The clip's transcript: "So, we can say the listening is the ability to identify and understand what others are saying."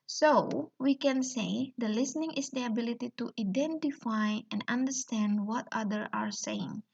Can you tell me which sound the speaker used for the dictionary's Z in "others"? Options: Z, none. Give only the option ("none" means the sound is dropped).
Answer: none